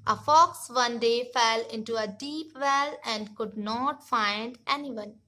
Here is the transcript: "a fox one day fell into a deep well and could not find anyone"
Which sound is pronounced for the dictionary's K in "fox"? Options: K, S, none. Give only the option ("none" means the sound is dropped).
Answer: K